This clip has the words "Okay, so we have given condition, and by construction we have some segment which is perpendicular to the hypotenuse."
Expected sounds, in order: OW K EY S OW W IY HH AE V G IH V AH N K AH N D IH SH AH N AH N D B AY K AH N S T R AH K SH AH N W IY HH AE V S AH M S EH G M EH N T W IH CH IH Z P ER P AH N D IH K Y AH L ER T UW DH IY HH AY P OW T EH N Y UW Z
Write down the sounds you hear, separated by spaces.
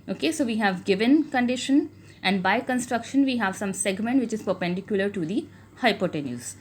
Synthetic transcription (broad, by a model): OW K EY S OW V IY HH AE V G IH V AH N K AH N D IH SH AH N AH N D B AY K AH N S T R AH K SH AH N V IY HH AE V S AH M S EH G M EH N T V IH CH IH Z P ER P AH N D IH K Y AH L ER T UW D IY HH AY P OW T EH N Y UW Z